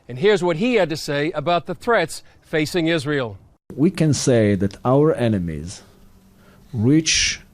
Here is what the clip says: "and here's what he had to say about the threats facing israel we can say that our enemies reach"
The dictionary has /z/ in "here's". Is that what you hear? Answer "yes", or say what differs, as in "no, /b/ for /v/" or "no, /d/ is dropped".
yes